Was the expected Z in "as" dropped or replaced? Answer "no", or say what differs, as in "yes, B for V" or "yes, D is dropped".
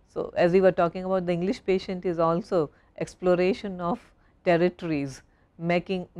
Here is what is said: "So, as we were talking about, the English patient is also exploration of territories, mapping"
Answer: no